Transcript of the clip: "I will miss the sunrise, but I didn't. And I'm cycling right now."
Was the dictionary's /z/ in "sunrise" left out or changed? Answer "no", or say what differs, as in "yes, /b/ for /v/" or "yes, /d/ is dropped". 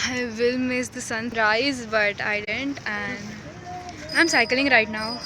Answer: no